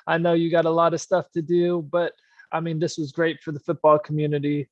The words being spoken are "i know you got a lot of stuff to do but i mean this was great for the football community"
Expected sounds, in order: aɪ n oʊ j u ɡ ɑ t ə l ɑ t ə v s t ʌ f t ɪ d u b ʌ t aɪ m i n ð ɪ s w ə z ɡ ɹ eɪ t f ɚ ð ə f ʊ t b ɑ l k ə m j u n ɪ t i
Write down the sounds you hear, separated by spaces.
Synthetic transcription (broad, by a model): aɪ n oʊ j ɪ ɡ ɑ t ə l ɑ t ə v s t ʌ f t ɪ d u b ʌ t aɪ m i n ð ɪ s w ə z ɡ ɹ eɪ t f ɚ ð ə f ʊ t b ɑ l k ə m j u n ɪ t i